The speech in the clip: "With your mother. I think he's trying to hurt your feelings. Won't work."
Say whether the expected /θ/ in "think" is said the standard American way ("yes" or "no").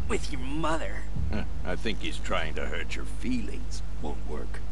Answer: yes